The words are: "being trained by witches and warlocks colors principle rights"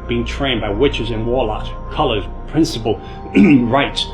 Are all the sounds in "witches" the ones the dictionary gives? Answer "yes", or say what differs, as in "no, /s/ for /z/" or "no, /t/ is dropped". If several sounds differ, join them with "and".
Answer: yes